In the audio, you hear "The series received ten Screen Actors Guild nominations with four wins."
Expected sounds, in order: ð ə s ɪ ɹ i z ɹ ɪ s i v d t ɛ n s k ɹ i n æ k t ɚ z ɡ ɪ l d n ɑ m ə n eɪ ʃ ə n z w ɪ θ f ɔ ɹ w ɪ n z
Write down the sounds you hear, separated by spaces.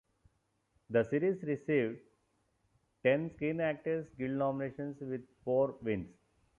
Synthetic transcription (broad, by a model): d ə s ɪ ɹ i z ɹ ɪ s i v d t ɛ n s k i n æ k t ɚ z ɡ ɪ l d n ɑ m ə n eɪ ʃ ə n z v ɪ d f ɔ ɹ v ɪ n s